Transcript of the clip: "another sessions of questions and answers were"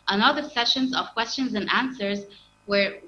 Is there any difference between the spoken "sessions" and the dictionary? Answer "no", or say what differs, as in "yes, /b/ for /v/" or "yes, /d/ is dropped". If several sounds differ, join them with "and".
no